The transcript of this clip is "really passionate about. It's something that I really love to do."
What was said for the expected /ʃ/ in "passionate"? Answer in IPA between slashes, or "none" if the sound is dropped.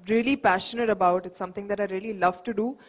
/ʃ/